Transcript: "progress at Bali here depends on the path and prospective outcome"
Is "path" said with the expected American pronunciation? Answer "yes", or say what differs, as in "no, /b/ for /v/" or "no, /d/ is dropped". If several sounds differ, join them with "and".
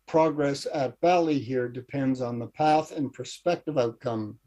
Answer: yes